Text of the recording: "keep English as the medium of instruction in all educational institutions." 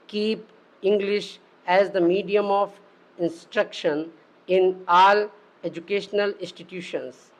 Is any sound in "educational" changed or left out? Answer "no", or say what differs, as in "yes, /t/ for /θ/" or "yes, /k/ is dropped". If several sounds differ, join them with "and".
no